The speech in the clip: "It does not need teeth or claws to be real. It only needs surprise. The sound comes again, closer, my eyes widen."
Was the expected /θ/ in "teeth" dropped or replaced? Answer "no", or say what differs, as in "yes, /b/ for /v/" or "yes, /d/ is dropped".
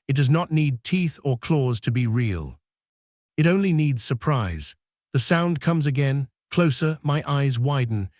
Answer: no